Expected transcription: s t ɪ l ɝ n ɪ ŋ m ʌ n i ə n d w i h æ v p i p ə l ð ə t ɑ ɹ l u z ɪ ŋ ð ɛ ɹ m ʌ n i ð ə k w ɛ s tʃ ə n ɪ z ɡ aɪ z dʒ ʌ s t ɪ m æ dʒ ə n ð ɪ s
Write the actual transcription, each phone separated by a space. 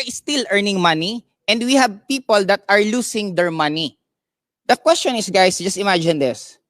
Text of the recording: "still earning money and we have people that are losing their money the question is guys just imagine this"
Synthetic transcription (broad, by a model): s t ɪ l ɝ n ɪ ŋ m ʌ n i ə n d w i h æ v p i p ə l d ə t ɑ ɹ l u s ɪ ŋ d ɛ ɹ m ʌ n i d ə k w ɛ s tʃ ə n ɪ s ɡ aɪ s dʒ ʌ s t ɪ m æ dʒ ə n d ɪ s